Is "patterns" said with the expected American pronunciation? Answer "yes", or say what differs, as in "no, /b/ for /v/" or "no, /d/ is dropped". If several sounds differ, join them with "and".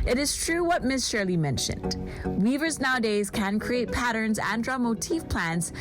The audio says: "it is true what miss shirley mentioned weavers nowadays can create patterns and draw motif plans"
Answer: yes